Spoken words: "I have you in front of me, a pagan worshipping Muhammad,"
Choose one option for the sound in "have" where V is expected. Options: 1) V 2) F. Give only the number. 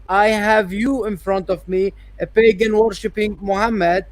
1